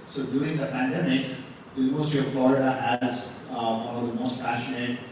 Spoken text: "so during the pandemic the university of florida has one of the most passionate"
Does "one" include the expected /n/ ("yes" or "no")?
no